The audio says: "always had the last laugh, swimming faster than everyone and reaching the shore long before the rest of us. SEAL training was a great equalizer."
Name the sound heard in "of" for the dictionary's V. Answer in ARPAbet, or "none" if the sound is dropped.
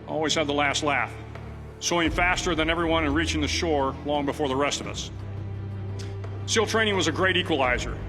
V